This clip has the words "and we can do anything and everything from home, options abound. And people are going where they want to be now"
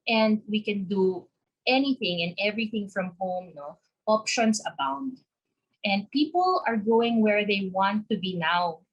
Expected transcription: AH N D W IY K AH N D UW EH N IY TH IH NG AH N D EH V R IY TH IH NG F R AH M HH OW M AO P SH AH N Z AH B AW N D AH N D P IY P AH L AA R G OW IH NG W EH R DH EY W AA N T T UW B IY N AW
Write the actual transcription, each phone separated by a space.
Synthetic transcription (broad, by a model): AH N D W IY K AH N D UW EH N IY TH IH NG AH N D EH V R IY TH IH NG F R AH M HH OW M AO P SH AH N S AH B AW N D AH N D P IY P AH L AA R G OW IH NG W EH R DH EY W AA N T T UW B IY N AW